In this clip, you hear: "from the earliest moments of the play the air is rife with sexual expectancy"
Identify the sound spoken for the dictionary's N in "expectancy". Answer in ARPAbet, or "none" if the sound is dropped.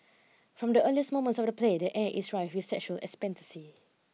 none